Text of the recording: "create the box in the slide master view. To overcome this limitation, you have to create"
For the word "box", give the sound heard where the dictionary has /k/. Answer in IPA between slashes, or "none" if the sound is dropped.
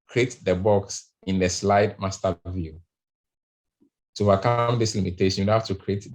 /k/